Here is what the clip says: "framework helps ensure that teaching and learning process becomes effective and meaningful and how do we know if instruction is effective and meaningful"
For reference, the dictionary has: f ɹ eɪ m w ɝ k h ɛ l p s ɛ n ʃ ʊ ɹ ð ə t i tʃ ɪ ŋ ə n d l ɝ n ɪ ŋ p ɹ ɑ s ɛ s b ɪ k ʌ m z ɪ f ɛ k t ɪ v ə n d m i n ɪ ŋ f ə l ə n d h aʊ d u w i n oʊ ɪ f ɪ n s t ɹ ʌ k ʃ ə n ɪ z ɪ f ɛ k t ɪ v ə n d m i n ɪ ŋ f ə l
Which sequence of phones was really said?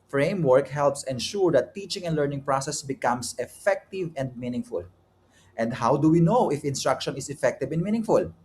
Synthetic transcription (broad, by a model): f ɹ eɪ m w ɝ k h ɛ l p s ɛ n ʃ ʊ ɹ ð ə t i tʃ ɪ ŋ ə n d l ɝ n ɪ ŋ p ɹ ɑ s ɛ s b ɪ k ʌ m s ɪ f ɛ k t ɪ v ə n d m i n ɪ ŋ f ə l ə n d h aʊ d u w i n oʊ ɪ f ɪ n s t ɹ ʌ k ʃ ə n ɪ s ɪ f ɛ k t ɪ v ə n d m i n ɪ ŋ f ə l